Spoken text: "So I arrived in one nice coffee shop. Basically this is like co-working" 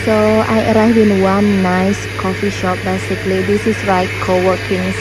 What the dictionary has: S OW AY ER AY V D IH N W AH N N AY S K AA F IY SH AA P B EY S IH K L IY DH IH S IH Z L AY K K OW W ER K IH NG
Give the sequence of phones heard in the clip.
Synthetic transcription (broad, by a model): S OW AY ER AY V IH N W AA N N AY S K AA F IY SH AA P B EY S IH K L IY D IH S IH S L AY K K OW W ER K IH NG